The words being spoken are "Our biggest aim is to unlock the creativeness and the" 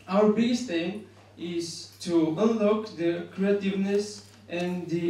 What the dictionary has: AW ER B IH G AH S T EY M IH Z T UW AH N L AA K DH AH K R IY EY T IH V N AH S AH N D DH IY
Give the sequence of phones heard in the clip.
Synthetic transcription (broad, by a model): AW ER B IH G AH S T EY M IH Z T UW AH N L AA K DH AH K R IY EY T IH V N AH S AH N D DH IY